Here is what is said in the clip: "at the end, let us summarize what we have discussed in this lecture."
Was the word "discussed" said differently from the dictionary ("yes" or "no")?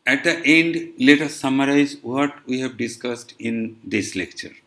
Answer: no